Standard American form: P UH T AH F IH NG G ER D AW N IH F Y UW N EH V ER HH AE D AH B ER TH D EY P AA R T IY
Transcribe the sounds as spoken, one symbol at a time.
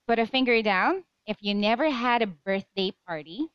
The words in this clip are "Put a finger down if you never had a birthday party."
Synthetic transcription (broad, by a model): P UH T AH F IH NG G ER D AW N IH F Y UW N EH V ER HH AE D AH B ER TH D EY P AA R T IY